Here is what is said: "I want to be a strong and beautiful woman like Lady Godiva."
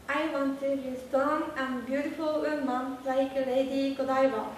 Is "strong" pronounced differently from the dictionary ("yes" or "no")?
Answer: yes